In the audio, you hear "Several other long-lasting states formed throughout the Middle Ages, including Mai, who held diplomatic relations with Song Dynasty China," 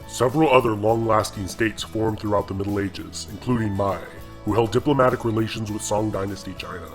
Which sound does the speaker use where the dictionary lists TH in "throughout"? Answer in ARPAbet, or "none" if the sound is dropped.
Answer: TH